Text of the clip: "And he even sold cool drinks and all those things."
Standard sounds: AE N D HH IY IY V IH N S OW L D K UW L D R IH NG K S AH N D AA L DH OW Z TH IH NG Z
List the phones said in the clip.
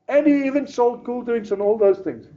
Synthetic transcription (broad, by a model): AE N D HH IY IY V IH N S OW L D K UW L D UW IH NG S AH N AA L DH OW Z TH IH NG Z